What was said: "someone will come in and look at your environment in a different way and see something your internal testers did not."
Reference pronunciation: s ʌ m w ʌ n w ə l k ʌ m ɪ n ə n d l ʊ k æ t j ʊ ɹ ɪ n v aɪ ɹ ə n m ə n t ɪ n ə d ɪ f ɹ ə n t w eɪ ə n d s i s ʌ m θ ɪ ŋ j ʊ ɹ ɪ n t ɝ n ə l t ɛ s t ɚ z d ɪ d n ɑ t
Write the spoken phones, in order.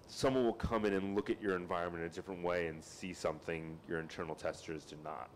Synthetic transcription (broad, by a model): s ʌ m w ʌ n w ə l k ʌ m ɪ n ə n l ʊ k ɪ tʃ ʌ ɹ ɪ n v aɪ ɹ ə n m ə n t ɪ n ə d ɪ f ɹ ə n t w eɪ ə n s i s ʌ m θ ɪ ŋ j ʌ ɹ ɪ n t ɝ n l t ɛ s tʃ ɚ z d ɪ n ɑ t